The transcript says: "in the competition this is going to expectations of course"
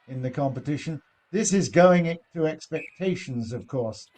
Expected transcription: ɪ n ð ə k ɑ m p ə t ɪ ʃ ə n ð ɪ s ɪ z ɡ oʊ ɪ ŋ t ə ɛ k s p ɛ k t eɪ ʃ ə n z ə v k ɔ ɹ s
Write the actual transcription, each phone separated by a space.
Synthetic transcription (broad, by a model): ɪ n ð ə k ɑ m p ə t ɪ ʃ ə n ð ɪ s ɪ z ɡ oʊ ɪ ŋ t ə ɛ k s p ɛ k t eɪ ʃ ə n z ə v k ɔ ɹ s